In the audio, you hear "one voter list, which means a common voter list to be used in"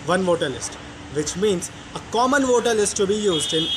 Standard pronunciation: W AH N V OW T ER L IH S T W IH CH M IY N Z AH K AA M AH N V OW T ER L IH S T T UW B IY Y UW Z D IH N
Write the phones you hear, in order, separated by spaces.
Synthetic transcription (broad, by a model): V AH N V OW T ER L IH S T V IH CH M IY N Z AH K AA M AH N V OW T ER L IH S T T UW B IY Y UW Z D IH N